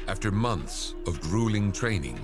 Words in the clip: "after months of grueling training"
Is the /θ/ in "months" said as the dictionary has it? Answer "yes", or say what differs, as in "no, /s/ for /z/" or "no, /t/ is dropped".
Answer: yes